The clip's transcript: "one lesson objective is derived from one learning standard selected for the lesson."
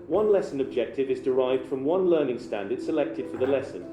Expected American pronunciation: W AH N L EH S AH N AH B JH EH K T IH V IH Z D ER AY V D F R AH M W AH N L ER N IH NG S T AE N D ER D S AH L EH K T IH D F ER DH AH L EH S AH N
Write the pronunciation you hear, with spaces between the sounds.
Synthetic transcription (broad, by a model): W AH N L EH S AH N AH B JH EH K T IH V IH Z D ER AY V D F R AH M W AH N L ER N IH NG S T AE N D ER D S AH L EH K T IH D F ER DH AH L EH S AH N